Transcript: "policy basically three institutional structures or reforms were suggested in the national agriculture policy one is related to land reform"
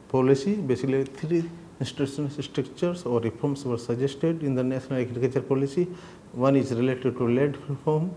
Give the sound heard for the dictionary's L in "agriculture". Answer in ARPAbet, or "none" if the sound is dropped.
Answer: none